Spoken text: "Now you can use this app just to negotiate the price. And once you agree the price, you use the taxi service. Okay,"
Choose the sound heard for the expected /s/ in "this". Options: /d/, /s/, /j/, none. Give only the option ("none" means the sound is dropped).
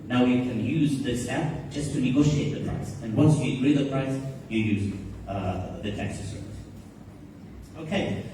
/s/